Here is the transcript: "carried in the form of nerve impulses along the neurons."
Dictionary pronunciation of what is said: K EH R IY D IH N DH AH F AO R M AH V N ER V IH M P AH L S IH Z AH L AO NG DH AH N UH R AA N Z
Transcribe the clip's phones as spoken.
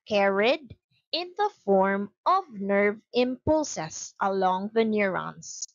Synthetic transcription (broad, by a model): K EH R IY D IH N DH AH F AO R M AH V N ER V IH M P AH L S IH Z AH L AO NG DH AH N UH R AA N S